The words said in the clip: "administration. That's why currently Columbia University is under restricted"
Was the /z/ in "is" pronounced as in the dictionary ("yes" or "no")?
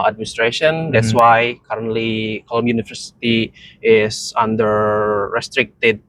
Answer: no